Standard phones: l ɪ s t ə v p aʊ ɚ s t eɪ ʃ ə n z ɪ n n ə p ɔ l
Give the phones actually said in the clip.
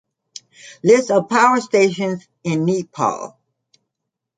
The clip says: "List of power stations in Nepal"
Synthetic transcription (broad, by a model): l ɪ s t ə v p aʊ ɚ s t eɪ ʃ ə n z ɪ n n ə p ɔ l